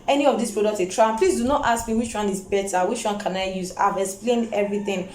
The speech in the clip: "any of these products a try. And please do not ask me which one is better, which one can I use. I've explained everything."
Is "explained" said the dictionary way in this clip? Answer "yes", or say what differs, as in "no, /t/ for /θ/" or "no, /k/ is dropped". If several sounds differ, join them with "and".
yes